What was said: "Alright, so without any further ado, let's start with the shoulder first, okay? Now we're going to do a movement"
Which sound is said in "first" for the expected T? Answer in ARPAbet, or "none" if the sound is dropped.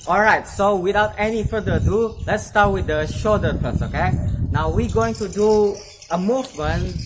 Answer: none